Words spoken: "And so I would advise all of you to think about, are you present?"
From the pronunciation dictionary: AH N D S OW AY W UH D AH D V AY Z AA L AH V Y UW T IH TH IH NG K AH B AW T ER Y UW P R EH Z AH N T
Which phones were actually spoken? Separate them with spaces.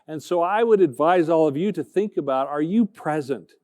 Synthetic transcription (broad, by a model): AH N S OW AY W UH D AH D V AY Z AA L AH V Y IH T IH TH IH NG K AH B AW T ER Y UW P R EH Z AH N T